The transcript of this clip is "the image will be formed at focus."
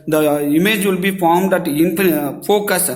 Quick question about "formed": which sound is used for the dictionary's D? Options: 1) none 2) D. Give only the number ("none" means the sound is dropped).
2